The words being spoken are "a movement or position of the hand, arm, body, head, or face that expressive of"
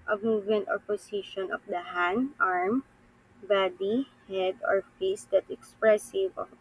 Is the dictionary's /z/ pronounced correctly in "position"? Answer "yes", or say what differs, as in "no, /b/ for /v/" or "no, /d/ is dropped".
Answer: no, /s/ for /z/